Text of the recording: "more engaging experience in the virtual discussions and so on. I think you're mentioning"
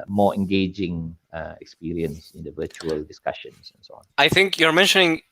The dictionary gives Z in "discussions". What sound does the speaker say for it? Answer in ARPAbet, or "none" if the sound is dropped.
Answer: S